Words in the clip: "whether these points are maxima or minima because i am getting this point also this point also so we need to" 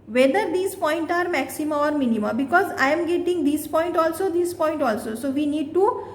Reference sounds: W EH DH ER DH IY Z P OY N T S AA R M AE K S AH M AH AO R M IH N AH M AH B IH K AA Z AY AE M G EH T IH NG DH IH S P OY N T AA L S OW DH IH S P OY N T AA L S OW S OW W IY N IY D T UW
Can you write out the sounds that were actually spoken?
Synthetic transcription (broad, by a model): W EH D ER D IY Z P OY N T AA R M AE K S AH M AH AO R M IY N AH M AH B IH K AA Z AY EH M G EH T IH NG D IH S P OY N T AA L S OW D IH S P OY N T AA L S OW S OW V IY N IY D T UW